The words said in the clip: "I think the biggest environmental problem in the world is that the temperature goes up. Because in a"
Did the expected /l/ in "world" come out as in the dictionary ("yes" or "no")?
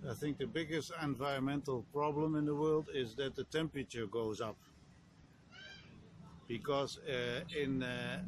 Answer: yes